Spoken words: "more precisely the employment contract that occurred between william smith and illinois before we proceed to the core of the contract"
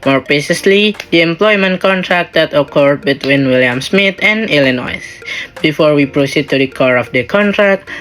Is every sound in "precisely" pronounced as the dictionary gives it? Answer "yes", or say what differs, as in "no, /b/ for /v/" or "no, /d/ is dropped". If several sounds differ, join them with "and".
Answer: no, /ɹ/ is dropped